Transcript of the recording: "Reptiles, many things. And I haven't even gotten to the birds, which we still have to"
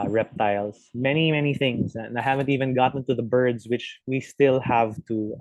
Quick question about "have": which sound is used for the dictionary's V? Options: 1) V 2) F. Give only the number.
1